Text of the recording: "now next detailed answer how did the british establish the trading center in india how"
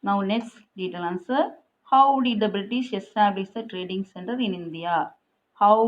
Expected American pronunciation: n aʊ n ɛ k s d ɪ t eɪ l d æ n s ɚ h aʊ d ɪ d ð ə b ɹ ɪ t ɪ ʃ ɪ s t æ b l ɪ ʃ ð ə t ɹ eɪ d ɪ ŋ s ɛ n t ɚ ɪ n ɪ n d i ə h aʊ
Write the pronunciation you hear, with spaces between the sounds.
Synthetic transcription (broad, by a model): n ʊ n ɛ k s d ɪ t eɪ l ʌ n s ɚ h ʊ d ɪ d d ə b ɹ ɪ t ɪ ʃ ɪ s t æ b l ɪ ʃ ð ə t ɹ eɪ d ɪ ŋ s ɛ n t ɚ ɪ n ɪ n d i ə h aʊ